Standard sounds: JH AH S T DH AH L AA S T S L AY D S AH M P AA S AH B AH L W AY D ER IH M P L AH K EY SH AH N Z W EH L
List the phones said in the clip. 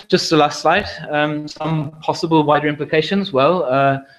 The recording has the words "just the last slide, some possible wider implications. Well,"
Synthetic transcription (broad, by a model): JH AH S T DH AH L AA S T S L AY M S AH M P AA S AH B AH L W AY D ER IH M P L AH K EY SH AH N Z W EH L